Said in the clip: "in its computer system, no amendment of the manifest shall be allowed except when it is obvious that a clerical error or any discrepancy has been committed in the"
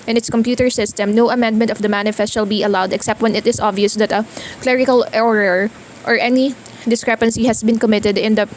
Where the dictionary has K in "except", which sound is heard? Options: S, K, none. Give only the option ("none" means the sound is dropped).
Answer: K